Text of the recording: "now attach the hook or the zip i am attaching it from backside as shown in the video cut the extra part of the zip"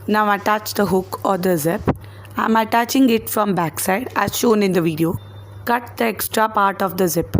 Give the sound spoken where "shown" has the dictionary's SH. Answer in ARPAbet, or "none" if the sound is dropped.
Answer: SH